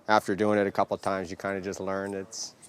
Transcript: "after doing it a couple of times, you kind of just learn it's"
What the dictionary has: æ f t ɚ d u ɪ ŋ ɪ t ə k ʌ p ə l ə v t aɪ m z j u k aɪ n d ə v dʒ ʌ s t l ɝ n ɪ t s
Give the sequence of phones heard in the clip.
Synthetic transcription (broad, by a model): æ f t ɚ d u ɪ ŋ ɪ t ə k ʌ p l t aɪ m z j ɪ k aɪ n d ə dʒ ʌ s t l ɝ n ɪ t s